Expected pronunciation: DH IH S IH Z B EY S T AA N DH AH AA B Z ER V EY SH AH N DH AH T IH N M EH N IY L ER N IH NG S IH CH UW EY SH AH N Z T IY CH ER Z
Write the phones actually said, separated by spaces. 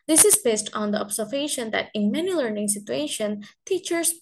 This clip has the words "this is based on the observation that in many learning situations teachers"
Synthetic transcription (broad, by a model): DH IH S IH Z B EY S T AA N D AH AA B S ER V EY SH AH N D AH T IH N M EH N IY L ER N IH NG S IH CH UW EY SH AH N T IY CH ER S